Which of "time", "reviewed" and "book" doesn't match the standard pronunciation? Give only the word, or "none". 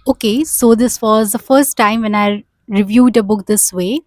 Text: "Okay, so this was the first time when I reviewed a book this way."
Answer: none